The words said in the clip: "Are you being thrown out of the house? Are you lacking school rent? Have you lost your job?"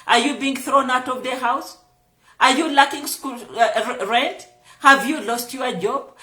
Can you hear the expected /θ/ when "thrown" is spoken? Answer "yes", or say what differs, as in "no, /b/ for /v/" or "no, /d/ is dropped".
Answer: yes